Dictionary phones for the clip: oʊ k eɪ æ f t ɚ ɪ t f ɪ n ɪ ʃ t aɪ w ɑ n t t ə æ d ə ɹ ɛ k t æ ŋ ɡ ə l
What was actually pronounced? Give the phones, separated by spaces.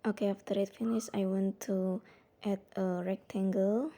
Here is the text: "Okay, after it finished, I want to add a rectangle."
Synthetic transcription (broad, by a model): oʊ k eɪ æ f t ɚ ɪ t f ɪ n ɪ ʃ aɪ w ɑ n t t ə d ə ɹ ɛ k t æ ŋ ɡ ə l